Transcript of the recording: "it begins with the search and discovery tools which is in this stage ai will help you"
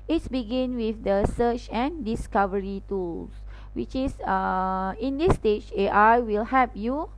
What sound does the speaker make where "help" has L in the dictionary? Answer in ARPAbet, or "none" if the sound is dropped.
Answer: none